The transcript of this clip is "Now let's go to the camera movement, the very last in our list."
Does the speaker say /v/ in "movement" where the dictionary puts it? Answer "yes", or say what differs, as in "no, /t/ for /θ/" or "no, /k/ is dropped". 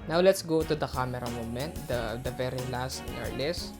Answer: no, /v/ is dropped